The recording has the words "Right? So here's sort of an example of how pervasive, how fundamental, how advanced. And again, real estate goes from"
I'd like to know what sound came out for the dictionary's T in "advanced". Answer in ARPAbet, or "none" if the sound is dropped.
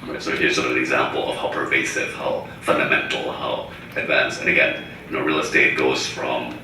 none